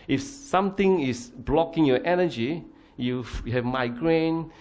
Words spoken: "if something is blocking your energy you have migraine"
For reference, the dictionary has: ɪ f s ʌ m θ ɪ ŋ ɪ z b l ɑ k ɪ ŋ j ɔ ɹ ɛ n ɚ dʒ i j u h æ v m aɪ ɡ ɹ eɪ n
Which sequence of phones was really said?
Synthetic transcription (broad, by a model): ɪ f s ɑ m t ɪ ŋ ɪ s b l ɑ k ɪ ŋ j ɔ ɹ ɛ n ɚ dʒ i j u h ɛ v m aɪ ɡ ɹ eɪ n